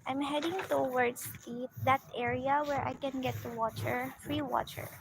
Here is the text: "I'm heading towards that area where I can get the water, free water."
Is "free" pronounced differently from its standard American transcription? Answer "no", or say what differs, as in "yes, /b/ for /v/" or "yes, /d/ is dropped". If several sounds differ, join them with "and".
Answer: no